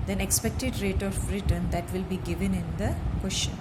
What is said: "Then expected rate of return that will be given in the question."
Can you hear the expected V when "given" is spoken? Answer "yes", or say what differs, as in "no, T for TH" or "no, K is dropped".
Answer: yes